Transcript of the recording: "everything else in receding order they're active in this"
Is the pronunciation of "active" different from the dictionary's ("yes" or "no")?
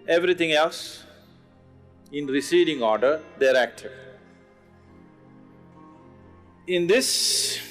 yes